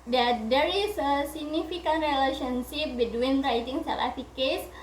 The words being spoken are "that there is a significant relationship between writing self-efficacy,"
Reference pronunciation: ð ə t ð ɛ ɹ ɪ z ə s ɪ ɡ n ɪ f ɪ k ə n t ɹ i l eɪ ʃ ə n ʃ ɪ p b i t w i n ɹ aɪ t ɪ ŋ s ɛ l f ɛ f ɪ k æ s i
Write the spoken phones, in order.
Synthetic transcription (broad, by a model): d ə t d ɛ ɹ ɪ s ə s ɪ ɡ n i f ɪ k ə n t ɹ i l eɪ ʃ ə n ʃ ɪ p b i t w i n ɹ aɪ t ɪ ŋ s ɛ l ɛ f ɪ k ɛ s